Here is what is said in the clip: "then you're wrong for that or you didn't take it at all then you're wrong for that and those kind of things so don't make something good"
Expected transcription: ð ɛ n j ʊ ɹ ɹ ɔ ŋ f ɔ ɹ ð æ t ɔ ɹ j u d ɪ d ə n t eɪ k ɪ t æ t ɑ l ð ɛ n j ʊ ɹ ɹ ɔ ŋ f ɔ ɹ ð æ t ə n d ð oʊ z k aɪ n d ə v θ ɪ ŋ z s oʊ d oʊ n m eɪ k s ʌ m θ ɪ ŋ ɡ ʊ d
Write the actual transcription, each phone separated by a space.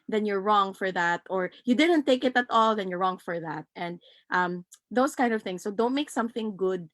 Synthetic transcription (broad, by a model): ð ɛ n j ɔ ɹ ɹ ɔ ŋ f ɔ ɹ ð æ t ɔ ɹ j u d ɪ d ə n t eɪ k ɪ t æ t ɑ l ð ɛ n j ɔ ɹ ɹ ɔ ŋ f ɔ ɹ ð æ t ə n d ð oʊ s k aɪ n d ə v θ ɪ ŋ s oʊ d oʊ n m eɪ k s ʌ m θ ɪ ŋ ɡ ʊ d